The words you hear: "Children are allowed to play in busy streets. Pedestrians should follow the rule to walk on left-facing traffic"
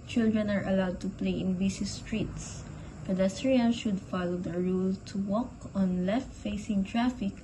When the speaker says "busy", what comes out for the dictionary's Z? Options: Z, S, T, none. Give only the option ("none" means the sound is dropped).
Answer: S